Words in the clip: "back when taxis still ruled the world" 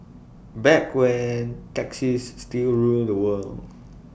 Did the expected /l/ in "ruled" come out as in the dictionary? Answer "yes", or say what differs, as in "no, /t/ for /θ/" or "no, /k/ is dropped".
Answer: yes